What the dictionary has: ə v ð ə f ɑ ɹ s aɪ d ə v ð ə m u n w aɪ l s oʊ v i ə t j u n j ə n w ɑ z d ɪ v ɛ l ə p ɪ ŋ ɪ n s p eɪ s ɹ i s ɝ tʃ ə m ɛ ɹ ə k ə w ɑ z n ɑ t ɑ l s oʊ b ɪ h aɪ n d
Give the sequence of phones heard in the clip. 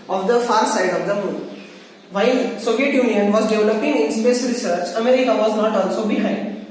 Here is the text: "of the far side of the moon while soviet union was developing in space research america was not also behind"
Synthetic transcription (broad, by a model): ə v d ə f ɑ ɹ s aɪ d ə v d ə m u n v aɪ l s oʊ v i ə t j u n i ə n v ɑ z d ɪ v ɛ l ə p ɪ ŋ ɪ n s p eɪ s ɹ i s ɝ tʃ ə m ɛ ɹ ə k ə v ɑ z n ɑ t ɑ n s oʊ b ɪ h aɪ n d